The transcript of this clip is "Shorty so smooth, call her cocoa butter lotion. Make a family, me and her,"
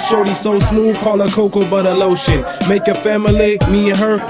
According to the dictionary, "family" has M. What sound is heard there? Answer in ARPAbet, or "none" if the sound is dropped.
M